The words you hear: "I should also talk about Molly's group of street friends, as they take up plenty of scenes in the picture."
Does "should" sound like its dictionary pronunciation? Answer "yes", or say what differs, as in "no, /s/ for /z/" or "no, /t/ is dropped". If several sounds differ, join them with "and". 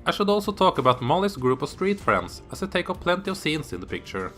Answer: yes